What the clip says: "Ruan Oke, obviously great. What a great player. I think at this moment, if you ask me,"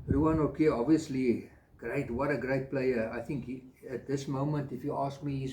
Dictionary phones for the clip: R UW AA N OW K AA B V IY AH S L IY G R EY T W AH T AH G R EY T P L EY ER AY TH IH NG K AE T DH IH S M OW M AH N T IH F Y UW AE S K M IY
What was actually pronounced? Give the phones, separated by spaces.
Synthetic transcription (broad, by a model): R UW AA N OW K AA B V IY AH S L IY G R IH T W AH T AH G R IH T P L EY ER AY TH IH NG K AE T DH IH S M OW M AH N T IH F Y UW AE S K M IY